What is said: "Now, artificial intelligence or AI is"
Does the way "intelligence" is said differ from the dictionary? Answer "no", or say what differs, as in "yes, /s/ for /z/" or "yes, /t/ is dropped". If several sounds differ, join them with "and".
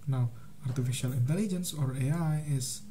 no